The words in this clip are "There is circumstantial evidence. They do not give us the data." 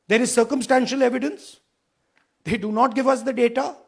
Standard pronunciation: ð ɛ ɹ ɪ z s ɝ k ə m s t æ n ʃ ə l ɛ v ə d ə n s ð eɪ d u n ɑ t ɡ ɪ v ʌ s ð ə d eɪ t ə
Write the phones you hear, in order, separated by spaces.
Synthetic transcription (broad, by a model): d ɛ ɹ ɪ z s ɝ k ə m s t æ n ʃ ə l ɛ v ə d ə n s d eɪ d u n ɑ t ɡ ɪ v ʌ s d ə d eɪ t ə